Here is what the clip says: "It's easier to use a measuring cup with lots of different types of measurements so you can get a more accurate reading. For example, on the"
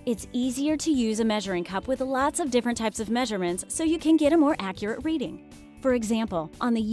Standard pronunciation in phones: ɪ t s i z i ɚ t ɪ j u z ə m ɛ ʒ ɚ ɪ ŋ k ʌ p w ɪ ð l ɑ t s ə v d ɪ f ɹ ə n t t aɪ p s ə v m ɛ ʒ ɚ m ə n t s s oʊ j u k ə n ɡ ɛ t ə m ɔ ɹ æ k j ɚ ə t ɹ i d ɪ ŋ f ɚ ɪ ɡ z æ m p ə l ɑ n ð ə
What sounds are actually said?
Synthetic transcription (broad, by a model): ɪ t s i z i ɚ t ɪ j u z ə m ɛ ʒ ɚ ɪ ŋ k ʌ p w ɪ ð l ɑ t s ə v d ɪ f ɹ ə n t t aɪ p s ə v m ɛ ʒ ɚ m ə n t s s oʊ j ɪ k ə n ɡ ɛ t ə m ɔ ɹ æ k j ɚ ə t ɹ i d ɪ ŋ f ɚ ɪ ɡ z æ m p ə l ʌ n ð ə